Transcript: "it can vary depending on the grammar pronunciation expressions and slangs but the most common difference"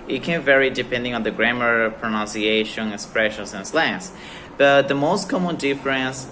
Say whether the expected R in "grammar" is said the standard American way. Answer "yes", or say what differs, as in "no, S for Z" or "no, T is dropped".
yes